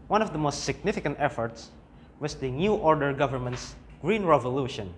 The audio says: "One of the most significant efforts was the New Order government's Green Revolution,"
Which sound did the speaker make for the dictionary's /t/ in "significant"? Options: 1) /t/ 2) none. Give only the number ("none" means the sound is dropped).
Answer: 1